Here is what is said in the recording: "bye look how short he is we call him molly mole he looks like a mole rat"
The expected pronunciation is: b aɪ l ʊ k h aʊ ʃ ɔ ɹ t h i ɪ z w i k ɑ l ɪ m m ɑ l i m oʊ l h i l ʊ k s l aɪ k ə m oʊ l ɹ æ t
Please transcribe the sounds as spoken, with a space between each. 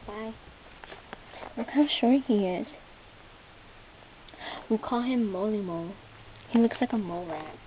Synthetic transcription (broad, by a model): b aɪ w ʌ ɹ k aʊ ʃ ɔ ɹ h i ɪ z w i k ɑ l ɪ m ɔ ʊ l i m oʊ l h i l ʊ k s l aɪ k ə m oʊ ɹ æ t